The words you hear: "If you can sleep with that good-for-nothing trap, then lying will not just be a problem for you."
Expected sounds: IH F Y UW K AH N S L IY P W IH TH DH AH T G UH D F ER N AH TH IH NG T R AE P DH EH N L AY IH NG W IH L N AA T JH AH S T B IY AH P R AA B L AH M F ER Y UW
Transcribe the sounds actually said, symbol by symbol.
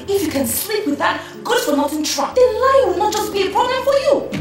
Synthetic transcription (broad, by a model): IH F Y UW K AH N S L IY P W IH DH AH T G UH D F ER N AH T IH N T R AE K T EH L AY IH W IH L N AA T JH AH S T B IY AH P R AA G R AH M F ER Y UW